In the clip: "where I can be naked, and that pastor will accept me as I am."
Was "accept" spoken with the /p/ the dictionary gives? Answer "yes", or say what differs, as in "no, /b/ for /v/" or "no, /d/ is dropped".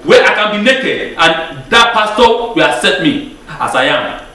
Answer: no, /p/ is dropped